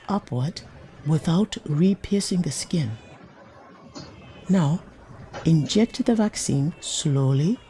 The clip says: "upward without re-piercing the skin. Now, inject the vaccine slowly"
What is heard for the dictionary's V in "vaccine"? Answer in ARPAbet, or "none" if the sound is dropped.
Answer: V